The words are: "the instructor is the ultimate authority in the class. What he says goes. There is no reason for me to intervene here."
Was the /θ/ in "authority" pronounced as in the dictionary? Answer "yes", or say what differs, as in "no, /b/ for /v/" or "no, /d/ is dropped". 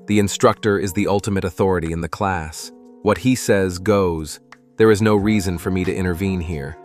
yes